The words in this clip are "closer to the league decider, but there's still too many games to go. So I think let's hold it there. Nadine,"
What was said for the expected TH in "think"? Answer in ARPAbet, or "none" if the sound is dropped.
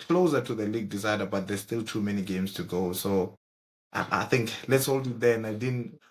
TH